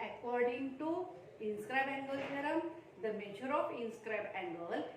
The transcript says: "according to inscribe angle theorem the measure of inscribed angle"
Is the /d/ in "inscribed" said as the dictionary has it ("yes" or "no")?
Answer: no